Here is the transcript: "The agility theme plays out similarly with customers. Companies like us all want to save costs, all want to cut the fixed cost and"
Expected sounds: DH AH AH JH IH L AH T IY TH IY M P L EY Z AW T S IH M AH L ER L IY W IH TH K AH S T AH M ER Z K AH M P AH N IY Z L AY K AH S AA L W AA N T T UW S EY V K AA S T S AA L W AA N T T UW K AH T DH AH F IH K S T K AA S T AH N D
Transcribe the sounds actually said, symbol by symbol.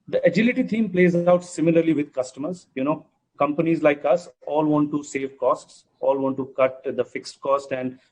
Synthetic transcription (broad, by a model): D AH AH JH IH L AH T IY T IY M P L EY Z AW T S IH M AH L ER L IY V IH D K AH S T AH M ER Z K AH M P AH N IY Z L AY K AH S AA L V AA N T T UW S EY V K AA S T S AA L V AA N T T UW K AH T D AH F IH K S T K AA S T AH N D